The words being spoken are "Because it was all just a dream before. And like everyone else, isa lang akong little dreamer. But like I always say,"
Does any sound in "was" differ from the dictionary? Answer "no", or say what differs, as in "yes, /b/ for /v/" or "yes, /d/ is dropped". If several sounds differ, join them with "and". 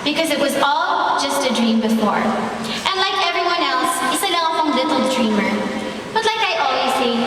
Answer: no